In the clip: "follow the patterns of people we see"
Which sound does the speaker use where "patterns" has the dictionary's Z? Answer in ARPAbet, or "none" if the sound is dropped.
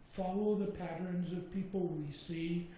Z